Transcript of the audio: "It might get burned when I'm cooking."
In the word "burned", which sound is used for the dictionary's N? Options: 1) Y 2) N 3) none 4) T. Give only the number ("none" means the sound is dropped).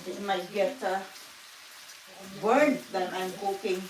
3